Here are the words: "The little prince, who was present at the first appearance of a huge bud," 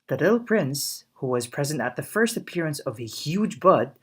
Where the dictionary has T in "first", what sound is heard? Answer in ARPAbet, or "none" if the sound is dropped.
T